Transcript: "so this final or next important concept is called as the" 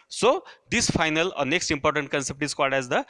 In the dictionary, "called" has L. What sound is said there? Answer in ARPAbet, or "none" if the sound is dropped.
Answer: none